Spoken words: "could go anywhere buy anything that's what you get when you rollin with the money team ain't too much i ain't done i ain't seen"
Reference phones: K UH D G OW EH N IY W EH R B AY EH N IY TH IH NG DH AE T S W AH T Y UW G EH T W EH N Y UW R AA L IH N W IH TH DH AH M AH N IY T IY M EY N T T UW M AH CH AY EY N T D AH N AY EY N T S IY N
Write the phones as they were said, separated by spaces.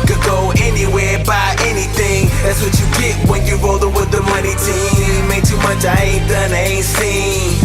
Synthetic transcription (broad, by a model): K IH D G OW EH N IY W EH R B AY EH N IY TH IH NG DH AE T S W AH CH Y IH G EH T W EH N Y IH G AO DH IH W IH DH AH M AH N IY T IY M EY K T T UW M AH CH AY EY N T D AH N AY EY N T S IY